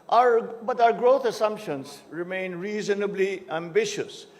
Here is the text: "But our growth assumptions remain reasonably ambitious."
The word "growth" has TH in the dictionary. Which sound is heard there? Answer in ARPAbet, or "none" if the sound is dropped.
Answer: T